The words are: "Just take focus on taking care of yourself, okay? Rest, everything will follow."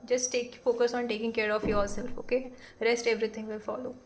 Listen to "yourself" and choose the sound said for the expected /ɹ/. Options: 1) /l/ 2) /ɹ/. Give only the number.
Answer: 1